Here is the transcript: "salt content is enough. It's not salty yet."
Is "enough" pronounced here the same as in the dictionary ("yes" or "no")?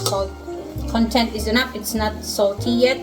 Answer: no